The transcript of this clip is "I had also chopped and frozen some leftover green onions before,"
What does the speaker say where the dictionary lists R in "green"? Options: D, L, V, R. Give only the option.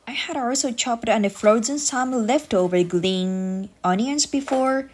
L